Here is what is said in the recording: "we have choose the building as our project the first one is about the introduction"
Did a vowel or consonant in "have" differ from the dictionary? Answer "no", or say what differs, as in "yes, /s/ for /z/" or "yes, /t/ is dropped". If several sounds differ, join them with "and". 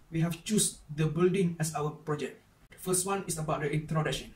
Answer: yes, /f/ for /v/